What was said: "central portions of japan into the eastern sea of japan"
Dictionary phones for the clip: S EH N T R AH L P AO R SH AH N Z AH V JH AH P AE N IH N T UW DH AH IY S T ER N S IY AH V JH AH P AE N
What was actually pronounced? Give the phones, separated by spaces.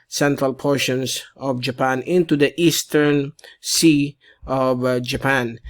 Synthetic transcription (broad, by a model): S EH N T R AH L P AO R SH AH N S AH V JH AH P AE N IH N T UW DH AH IY S T ER N S IY AH V JH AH P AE N